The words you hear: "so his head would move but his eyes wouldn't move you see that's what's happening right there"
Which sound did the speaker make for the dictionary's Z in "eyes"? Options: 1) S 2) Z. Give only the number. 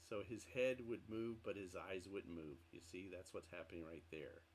2